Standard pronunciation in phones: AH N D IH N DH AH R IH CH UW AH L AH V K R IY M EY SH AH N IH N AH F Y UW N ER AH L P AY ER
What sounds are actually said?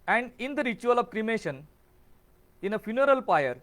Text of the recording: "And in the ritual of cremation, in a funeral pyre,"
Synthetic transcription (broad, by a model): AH N D IH N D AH R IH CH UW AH L AH V K R IY M EY SH AH N IH N AH F Y UW N ER AH L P AY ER